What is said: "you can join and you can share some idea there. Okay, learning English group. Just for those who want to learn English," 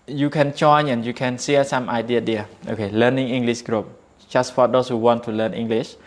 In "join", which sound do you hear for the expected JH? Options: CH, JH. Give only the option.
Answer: CH